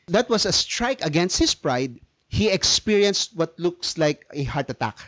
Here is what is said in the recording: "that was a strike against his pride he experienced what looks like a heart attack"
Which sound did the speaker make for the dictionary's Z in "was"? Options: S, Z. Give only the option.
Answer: S